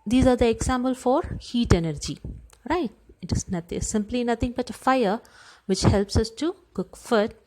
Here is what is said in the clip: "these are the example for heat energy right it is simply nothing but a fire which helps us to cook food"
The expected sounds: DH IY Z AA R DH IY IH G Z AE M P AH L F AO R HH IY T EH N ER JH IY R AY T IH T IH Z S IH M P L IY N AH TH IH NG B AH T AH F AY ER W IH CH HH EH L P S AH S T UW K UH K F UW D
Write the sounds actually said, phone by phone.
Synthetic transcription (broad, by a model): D IY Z AA R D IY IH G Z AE M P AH L F AO R HH IY T EH N ER JH IY R AY T IH T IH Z S IH M P L IY N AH T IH NG B AH T AH F AY ER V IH CH HH EH L P S AH S T UW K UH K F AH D